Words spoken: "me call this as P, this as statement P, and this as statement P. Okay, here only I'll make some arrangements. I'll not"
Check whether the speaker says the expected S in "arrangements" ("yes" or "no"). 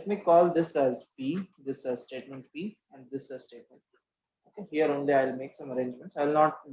yes